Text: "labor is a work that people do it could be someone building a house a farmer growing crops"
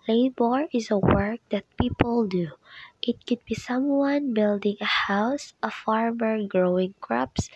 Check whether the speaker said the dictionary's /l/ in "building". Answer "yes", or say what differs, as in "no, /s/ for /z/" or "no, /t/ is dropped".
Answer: yes